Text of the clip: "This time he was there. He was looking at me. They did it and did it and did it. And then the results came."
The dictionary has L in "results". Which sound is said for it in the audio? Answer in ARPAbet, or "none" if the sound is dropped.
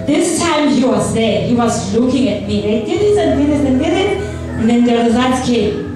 none